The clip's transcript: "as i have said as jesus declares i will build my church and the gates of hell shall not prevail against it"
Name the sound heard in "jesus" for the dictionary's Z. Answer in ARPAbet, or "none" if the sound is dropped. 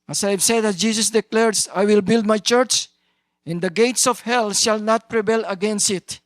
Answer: S